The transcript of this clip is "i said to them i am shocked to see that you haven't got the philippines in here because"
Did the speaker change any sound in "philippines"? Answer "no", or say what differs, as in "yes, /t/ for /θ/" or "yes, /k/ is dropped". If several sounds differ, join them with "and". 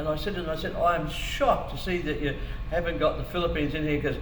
no